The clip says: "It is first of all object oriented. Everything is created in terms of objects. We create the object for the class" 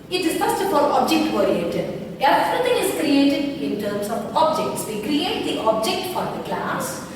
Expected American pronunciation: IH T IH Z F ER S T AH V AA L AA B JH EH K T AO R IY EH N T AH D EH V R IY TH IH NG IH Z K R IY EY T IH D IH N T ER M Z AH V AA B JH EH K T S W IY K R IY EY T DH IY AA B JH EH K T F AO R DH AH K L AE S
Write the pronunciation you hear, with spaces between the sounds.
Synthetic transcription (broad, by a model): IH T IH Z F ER S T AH F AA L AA B JH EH K T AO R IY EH T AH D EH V R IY T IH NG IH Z K R IY EY T IH D IH N T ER M S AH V AA B JH EH K T S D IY K R IY EY T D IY AA B JH EH K T F AO R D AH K L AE S